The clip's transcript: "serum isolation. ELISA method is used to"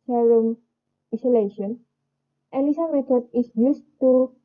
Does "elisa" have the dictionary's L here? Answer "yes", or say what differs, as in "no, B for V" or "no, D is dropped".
no, N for L